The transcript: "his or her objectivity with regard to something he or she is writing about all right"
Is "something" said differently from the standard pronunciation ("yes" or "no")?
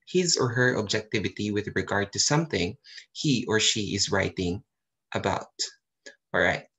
no